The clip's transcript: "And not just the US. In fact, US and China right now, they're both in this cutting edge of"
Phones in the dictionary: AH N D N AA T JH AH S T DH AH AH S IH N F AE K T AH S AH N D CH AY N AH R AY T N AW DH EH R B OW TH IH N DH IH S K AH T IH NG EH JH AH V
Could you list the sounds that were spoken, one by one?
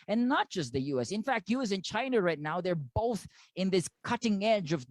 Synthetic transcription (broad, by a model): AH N N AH T JH AH S T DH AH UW S IH N F AE K T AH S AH N CH AY N AH R AY T N AW DH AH R B OW TH IH N DH IH S K AH T IH NG EH JH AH V